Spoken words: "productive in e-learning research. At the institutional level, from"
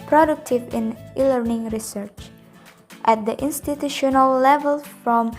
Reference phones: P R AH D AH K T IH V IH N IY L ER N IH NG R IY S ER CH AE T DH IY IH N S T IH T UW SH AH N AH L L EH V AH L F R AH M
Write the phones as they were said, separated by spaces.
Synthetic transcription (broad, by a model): P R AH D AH K T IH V IH N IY L ER N IH NG R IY S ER CH AE T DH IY IH N S T IH T UW SH AH N AH L L EH V AH L F R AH M